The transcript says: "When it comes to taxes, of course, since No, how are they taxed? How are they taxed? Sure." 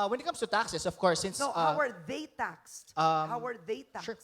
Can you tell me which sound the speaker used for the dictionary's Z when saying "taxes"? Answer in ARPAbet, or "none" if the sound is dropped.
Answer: S